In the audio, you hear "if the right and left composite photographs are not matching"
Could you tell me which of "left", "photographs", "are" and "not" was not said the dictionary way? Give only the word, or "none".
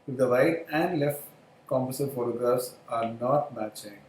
photographs